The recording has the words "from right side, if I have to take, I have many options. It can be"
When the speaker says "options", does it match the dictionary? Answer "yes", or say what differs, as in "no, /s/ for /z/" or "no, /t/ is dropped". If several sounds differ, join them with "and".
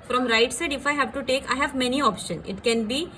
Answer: no, /z/ is dropped